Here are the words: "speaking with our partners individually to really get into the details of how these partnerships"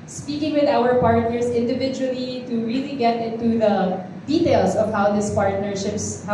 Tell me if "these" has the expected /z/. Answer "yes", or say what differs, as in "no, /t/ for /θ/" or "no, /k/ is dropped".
no, /s/ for /z/